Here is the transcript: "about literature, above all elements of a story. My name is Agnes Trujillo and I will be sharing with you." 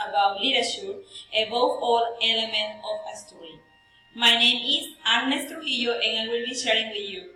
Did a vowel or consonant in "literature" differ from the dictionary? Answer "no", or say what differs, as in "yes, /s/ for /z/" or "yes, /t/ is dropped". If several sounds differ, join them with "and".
yes, /ʃ/ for /tʃ/